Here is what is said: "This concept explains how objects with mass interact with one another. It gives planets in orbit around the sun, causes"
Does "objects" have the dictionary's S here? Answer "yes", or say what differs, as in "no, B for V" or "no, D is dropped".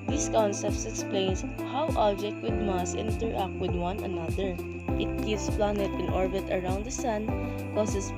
no, S is dropped